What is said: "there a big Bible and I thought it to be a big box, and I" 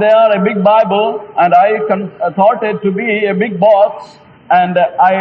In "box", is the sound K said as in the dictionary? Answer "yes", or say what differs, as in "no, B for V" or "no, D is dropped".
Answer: no, K is dropped